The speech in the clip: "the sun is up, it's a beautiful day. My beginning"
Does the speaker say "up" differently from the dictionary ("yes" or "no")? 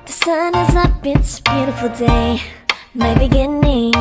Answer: yes